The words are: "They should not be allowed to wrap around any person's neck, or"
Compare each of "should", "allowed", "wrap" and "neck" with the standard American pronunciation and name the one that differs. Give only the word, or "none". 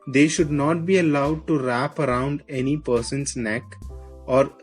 none